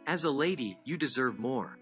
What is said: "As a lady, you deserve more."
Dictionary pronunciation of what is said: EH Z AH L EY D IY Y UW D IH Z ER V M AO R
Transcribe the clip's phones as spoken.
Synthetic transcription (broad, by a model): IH Z AH L EY D IY Y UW D IH Z ER V M AO R